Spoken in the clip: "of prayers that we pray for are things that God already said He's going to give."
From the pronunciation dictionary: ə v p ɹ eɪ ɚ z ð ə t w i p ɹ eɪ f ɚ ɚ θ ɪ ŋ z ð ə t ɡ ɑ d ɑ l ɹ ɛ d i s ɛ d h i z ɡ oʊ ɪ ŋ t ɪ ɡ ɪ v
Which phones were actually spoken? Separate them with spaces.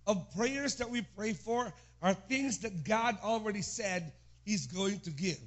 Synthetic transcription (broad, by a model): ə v p ɹ eɪ ɚ z ð ə t w i p ɹ eɪ f ɚ ɚ θ ɪ ŋ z ð ə t ɡ ɑ d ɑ l ɹ ɛ d i s ɛ d h i z ɡ oʊ ɪ ŋ t ɪ ɡ ɪ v